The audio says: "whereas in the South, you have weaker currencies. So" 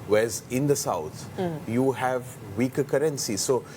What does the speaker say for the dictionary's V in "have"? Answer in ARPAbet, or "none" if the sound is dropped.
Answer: V